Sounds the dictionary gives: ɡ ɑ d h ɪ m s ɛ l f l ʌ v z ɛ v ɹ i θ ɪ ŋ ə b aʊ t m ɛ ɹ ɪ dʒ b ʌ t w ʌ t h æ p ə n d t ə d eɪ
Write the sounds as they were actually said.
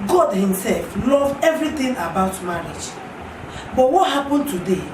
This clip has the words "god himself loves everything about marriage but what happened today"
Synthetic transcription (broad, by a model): ɡ ɑ d h ɪ m s ɛ l f l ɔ v ɛ v ɹ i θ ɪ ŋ ə b aʊ t m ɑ ɹ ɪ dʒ b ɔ t w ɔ t h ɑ p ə n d t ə d eɪ